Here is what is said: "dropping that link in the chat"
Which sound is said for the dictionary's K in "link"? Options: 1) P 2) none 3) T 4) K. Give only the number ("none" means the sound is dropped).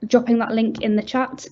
4